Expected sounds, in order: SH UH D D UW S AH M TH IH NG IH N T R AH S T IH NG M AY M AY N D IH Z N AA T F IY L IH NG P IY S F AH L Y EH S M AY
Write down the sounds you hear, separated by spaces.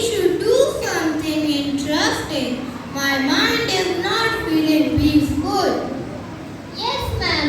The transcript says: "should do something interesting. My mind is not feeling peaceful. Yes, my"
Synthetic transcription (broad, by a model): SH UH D D UW S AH M T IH NG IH N T R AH S T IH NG M AY M AY N D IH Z N AA T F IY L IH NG B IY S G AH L Y EH S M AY